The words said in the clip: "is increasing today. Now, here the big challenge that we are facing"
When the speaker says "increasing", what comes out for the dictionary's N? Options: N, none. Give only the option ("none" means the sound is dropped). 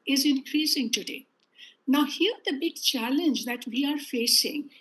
N